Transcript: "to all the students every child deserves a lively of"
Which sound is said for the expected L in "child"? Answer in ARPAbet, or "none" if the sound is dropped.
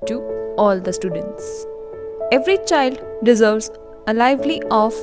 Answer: L